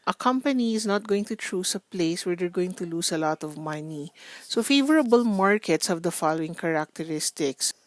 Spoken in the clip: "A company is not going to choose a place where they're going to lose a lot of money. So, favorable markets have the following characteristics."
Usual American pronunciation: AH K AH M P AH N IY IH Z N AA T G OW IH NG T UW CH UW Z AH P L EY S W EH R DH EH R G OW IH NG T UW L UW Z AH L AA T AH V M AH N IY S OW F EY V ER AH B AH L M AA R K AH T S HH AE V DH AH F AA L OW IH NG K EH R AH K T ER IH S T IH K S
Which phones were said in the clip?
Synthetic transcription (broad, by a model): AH K AH M P AH N IY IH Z N AA T G OW IH NG T UW CH UW S AH P L EY S W EH R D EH R G OW IH NG T UW L UW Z AH L AA T AH V M AH N IY S OW F EY V ER AH B AH L M AA R K AH T S HH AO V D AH F AA L OW IH NG K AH R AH K T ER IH S T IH K S